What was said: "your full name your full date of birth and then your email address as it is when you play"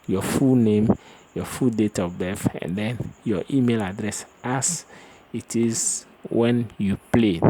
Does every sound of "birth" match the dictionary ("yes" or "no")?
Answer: no